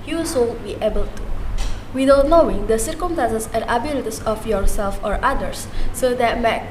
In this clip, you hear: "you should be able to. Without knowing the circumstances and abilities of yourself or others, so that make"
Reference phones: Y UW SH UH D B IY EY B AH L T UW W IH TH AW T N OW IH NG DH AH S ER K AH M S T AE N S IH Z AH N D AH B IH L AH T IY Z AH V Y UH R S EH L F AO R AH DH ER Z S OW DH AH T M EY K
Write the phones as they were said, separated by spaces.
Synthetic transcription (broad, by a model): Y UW S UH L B IY EY B AH L T UW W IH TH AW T N OW IH NG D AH S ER K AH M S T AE N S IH S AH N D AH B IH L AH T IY S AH F Y UH R S EH L F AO R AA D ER S OW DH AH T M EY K